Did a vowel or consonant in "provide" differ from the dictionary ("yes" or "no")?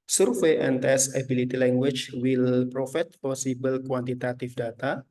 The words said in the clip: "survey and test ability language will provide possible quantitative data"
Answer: yes